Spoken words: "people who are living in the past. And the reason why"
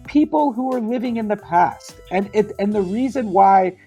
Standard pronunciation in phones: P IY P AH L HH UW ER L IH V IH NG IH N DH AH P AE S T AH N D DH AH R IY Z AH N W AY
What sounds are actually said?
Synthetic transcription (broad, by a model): P IY P L HH UW ER L IH V IH NG IH N DH AH P AE S T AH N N DH AH R IY Z AH N W AY